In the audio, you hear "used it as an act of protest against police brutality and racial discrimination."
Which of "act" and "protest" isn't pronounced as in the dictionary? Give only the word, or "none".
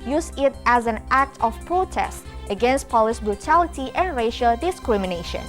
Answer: none